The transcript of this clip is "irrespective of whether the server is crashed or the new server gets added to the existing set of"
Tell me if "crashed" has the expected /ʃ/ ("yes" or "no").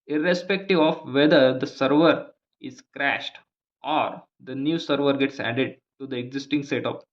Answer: yes